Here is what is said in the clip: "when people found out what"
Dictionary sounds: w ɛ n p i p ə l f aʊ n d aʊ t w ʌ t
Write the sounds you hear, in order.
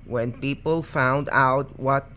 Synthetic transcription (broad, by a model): w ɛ n p i p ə l f aʊ n d aʊ t w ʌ t